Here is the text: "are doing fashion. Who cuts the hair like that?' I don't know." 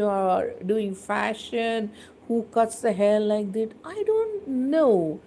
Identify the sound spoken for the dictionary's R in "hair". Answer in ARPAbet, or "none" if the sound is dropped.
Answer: L